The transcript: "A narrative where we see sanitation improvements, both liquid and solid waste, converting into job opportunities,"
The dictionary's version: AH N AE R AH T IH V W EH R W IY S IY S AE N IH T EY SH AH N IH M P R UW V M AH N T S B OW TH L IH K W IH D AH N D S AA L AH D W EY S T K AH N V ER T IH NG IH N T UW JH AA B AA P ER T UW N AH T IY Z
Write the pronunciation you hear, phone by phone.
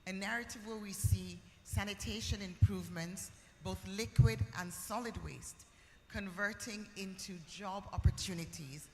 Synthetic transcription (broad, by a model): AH N AE R AH T IH V W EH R W IY S IY S AE N IH T EY SH AH N IH M P R UW V M AH N T S B OW TH L IH K W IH D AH N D S AA L AH D W EY S T K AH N V ER T IH NG IH N T UW JH AA B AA P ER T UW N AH T IY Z